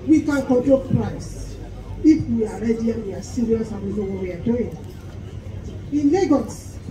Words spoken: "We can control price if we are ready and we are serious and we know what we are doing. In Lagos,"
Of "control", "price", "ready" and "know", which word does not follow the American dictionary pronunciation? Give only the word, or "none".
control